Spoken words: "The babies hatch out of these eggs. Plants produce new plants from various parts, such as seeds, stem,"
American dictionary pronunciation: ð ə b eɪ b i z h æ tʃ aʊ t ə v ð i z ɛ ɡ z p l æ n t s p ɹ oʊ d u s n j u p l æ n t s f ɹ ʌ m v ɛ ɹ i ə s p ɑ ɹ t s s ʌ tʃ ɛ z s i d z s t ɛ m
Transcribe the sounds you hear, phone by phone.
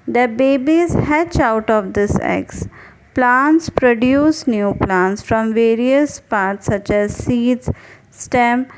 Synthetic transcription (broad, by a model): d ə b eɪ b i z h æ tʃ aʊ t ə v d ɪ s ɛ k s p l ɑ n t s p ɹ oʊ d u s n j u p l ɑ n t s f ɹ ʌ m v ɛ ɹ i ə s p ɑ ɹ t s s ʌ tʃ ɛ z s i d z s t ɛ m